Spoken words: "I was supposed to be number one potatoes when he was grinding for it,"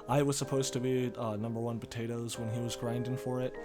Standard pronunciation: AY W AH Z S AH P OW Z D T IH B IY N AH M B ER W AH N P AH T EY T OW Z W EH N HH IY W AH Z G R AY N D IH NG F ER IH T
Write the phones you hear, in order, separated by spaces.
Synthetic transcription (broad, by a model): AY W AH Z S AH P OW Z T IH B IY N AH M B ER W AH N P AH T EY T OW Z W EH N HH IY W AH Z G R AY N D IH NG F ER IH T